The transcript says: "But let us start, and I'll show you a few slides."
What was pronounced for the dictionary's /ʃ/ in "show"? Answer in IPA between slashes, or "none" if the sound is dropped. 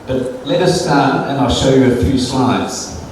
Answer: /ʃ/